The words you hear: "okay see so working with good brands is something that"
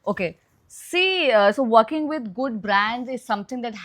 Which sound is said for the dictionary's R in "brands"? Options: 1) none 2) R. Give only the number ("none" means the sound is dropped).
2